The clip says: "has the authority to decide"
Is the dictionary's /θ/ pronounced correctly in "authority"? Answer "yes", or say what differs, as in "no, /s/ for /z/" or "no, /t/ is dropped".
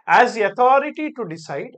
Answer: no, /t/ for /θ/